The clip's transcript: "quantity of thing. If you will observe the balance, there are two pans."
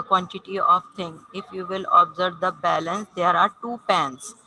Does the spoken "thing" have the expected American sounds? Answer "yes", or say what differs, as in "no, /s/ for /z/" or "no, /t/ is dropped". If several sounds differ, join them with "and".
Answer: no, /t/ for /θ/